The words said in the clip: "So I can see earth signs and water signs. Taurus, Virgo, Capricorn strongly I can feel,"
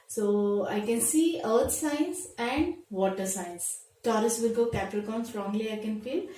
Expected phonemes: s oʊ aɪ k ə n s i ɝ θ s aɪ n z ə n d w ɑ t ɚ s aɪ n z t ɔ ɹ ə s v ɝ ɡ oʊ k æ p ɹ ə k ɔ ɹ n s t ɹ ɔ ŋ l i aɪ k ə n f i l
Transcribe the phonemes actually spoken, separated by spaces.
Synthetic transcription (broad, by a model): s oʊ aɪ k ə n s i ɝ t s aɪ n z ə n d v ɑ t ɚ s aɪ n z t ɔ ɹ ə s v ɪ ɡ oʊ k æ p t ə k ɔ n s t ɹ ɔ ŋ l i aɪ k ə n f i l